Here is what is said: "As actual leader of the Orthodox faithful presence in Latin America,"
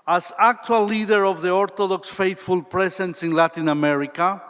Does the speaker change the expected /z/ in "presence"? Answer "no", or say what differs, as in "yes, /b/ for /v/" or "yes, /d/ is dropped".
yes, /s/ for /z/